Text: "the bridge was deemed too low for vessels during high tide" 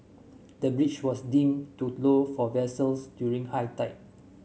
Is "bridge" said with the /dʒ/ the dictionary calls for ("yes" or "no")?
no